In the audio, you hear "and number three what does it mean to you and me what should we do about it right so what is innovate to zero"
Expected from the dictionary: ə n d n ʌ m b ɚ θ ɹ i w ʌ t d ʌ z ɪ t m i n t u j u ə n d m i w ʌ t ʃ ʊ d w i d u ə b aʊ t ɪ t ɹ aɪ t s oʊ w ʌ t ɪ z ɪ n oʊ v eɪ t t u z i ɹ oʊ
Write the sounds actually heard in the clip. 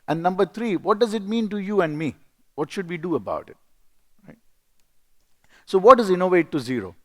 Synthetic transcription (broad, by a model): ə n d n ʌ m b ɚ t ɹ i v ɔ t d ʌ z ɪ t m i n t u j u ə n d m i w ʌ t ʃ ʊ d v i d u ə b aʊ t ɪ t ɹ aɪ t s oʊ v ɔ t ɪ z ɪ n oʊ v eɪ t t u z i ɹ oʊ